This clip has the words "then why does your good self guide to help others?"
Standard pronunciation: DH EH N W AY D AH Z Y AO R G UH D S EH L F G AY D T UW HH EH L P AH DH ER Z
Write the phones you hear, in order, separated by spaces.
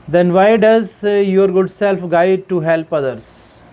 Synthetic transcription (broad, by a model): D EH N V AY D AH Z Y AO R G UH D S EH L F G AY D T UW HH EH L P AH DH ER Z